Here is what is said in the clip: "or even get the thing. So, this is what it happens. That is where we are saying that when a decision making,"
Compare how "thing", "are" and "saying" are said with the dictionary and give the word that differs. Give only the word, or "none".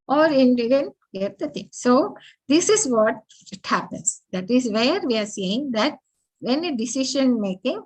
thing